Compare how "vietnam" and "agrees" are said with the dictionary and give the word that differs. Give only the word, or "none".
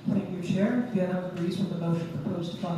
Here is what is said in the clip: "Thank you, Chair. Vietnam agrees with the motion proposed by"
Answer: vietnam